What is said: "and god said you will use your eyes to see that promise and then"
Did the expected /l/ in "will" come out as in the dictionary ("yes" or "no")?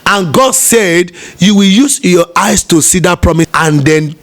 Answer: yes